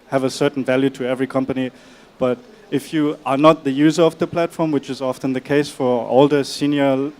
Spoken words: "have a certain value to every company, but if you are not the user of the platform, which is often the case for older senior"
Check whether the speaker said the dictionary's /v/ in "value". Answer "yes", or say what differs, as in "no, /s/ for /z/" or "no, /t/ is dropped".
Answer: yes